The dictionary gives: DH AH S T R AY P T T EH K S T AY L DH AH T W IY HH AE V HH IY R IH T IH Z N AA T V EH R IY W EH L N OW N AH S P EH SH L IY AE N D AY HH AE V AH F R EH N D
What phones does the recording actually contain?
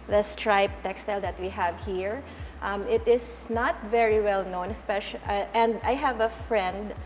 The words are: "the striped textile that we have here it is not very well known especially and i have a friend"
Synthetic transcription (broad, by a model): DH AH S T R AY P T T EH K S T AY L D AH T W IY HH AE V HH IY R IH T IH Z N AA T V EH R IY W EH L N OW N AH S P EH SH IY N D AY HH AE V AH F R EH N D